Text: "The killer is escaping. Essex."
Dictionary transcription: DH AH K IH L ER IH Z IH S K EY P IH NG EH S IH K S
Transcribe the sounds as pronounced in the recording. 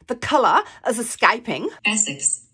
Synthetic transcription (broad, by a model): DH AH K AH L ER IH Z IH S K EY P IH NG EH S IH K S